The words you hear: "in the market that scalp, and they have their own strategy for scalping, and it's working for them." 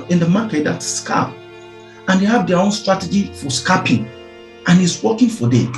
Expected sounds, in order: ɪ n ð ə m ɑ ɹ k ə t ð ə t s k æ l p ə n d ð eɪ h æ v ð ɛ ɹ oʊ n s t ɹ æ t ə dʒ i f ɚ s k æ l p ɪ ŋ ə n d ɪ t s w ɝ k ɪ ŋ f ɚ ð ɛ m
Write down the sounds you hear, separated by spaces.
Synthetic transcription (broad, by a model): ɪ n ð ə m ɑ k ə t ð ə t s k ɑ p ə n d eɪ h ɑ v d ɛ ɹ oʊ n s t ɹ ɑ t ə dʒ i f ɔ s k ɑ p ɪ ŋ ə n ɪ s w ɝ k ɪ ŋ f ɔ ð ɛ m